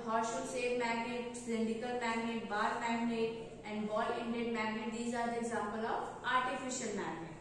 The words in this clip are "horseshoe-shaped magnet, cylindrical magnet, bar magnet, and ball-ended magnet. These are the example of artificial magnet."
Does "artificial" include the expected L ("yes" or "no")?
yes